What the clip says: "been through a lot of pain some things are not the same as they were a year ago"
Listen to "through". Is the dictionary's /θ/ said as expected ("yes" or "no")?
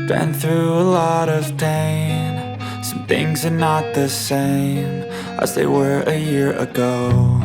yes